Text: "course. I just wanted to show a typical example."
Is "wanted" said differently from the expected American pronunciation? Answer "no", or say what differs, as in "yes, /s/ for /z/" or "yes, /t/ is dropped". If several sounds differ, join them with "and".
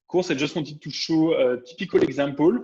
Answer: yes, /n/ is dropped